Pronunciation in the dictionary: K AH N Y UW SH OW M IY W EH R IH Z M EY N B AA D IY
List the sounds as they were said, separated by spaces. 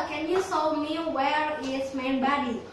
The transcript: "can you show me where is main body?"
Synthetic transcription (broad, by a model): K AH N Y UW S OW M IY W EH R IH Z M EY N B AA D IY